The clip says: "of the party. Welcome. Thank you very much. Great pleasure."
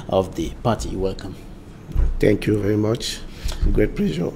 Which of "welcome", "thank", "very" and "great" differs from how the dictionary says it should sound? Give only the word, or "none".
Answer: thank